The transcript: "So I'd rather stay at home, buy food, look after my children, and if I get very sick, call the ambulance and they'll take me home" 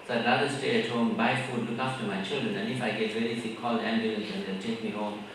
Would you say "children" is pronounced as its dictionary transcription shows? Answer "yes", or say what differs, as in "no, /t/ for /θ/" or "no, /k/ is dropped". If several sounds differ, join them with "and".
yes